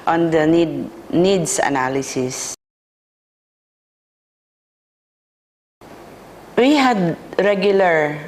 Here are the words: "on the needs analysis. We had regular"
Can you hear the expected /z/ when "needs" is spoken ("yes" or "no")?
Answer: no